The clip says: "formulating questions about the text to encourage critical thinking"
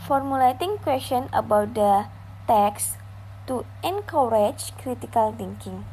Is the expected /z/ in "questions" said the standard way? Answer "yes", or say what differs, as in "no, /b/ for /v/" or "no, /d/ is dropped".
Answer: no, /z/ is dropped